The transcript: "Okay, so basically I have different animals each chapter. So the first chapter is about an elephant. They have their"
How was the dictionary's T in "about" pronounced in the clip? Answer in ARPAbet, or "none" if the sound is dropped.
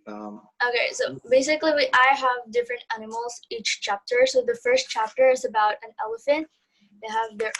T